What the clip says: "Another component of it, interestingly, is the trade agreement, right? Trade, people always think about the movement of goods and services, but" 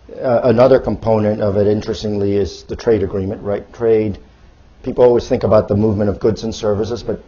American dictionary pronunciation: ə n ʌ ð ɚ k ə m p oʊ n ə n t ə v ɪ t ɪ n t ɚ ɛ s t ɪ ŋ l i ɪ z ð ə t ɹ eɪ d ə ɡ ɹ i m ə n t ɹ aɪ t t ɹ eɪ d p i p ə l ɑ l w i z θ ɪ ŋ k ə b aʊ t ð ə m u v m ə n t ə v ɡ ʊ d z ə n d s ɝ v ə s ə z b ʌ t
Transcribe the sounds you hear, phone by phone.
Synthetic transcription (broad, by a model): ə n ʌ ð ɚ k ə m p oʊ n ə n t ə v ɪ t ɪ n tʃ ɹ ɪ s t ɪ ŋ l i ɪ z ð ə t ɹ eɪ d ə ɡ ɹ i m ə n t ɹ aɪ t t ɹ eɪ d p i p l ɑ l w i z θ ɪ ŋ k ə b aʊ t ð ə m u v m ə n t ə v ɡ ʊ d z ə n s ɝ v ə s ə z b ʌ t